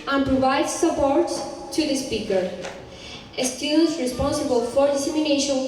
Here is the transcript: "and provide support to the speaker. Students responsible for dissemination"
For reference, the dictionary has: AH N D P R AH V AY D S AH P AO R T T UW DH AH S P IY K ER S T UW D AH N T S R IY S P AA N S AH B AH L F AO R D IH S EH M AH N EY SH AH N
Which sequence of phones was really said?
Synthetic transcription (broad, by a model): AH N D P R AH V AY D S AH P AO R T T UW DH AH S P IY K ER T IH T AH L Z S R IY S P AA N S AH B AH L F AO R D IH S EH M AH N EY SH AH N